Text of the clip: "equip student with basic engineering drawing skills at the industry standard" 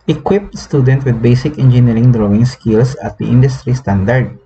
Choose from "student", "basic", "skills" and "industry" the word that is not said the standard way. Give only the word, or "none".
skills